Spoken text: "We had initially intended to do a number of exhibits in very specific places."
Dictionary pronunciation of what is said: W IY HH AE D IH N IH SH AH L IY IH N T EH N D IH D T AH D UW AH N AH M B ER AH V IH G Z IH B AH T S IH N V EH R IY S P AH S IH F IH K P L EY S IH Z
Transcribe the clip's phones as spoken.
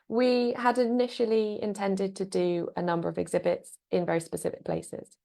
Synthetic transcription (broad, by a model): W IY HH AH D IH N IH SH AH L IY IH N T EH N D IH D T AH D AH AH N AH M B ER AH V IH G Z IH B AH T S IH N V EH R IY S P AH S IH F IH K P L EY S IH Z